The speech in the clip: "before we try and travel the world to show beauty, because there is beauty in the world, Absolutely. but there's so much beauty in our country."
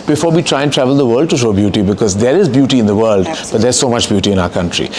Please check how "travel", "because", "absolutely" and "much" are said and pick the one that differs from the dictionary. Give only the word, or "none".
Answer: absolutely